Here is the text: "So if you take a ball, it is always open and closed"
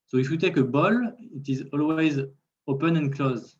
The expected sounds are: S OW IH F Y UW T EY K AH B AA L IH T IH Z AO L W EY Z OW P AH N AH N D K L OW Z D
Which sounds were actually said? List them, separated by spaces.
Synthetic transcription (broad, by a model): S OW IH F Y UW T EY K AH B AA L IH T IH Z AO L W EY Z OW P AH N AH N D K L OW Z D